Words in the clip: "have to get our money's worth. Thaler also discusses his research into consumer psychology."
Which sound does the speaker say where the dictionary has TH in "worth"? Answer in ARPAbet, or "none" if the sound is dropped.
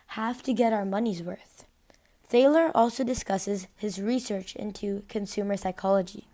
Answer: TH